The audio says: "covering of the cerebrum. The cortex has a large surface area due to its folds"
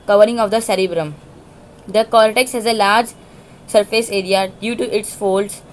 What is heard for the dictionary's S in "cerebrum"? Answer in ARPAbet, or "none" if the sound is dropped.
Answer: S